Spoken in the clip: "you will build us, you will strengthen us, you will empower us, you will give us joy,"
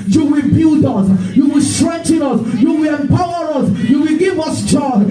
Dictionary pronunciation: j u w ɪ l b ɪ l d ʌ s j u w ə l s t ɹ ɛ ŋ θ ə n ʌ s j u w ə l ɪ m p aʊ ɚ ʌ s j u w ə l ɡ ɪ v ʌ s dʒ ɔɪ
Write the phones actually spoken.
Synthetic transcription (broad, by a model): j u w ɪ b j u d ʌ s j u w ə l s t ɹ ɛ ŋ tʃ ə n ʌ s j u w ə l ɪ m p aʊ ɚ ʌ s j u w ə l ɡ ɪ v ʌ s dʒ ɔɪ